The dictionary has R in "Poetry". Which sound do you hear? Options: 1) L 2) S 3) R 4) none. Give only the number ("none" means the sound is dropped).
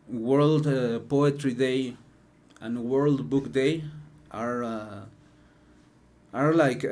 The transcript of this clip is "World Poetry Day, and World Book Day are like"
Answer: 3